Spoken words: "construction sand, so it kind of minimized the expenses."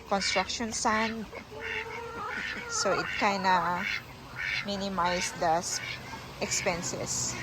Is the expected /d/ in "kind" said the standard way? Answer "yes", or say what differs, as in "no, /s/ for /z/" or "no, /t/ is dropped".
no, /d/ is dropped